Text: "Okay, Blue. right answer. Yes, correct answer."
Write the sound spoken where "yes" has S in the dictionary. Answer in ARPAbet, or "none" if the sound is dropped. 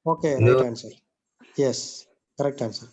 S